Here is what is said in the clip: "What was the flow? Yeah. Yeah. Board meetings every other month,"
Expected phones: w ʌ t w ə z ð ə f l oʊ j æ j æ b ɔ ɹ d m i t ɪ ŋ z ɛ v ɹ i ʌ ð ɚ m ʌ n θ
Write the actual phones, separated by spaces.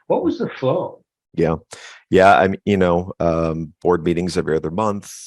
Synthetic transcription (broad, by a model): w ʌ t w ə z ð ə f l oʊ j æ j æ b ɔ ɹ d m i t ɪ ŋ z ɛ v ɹ i ʌ ð ɚ m ʌ n θ